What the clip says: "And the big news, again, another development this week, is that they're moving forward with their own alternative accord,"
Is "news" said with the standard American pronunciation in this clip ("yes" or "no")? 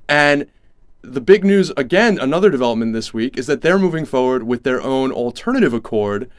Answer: yes